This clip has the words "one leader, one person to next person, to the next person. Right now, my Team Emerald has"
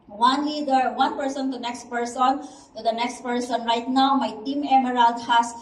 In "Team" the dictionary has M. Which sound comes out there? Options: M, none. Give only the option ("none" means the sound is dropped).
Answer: M